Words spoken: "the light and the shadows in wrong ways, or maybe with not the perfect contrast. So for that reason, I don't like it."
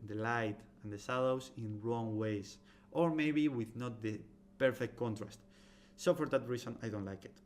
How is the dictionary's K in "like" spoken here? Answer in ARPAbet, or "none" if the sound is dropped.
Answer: K